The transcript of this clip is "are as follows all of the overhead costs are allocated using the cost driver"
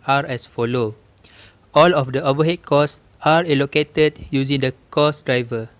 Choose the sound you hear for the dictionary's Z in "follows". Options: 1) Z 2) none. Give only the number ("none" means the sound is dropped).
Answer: 2